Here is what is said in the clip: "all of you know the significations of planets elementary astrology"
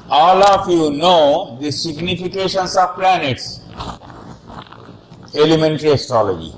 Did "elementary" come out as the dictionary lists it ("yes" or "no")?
yes